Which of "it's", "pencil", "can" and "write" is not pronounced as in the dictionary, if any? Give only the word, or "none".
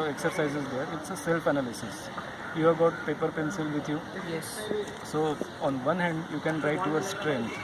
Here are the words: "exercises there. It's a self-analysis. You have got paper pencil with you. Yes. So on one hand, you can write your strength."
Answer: none